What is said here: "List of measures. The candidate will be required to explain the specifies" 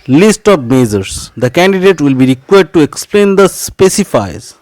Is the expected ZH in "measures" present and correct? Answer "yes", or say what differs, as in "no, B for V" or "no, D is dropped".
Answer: no, Z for ZH